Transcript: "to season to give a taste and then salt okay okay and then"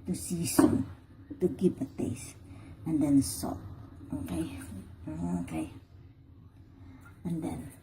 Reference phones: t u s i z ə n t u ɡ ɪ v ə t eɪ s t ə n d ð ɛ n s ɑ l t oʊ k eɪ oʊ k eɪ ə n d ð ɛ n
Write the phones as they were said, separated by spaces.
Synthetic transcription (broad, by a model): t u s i s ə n t u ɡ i p ə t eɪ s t ə n d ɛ n s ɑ t oʊ k eɪ oʊ k eɪ ə n d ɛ n